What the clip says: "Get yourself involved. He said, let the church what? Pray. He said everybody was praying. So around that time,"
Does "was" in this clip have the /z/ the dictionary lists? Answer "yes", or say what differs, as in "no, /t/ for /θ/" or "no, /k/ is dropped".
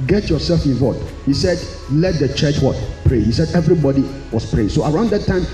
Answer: no, /s/ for /z/